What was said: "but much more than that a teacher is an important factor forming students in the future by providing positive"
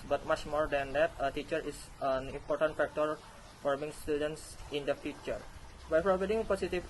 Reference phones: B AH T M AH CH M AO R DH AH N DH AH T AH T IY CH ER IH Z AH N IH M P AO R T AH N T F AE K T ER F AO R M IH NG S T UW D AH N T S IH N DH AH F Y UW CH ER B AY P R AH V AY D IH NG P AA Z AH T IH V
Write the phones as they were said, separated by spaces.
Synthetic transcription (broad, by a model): B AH T M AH CH M AO R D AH N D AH T AH T IY CH ER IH S AH N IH M P AO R T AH N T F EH K T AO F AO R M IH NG S T UW D AH N T S IH N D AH F Y UW CH ER B AY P R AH B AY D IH NG P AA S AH T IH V